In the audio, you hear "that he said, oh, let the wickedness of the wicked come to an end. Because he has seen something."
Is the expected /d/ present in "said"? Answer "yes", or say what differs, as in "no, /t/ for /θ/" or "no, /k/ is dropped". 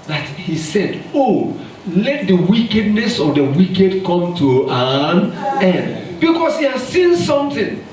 yes